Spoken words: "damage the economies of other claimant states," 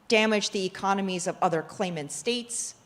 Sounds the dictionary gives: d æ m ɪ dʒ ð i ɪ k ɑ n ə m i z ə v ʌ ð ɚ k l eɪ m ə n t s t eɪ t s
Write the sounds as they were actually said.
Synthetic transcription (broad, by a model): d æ m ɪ dʒ ð i ɪ k ɑ n ə m i z ə v ʌ ð ɚ k l eɪ m ə n t s t eɪ t s